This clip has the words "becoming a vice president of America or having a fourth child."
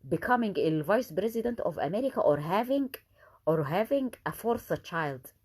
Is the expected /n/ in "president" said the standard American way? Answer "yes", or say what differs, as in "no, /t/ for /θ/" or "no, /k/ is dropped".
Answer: yes